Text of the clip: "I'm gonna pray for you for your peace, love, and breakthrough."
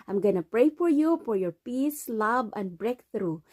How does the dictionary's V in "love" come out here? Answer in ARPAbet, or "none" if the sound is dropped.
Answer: B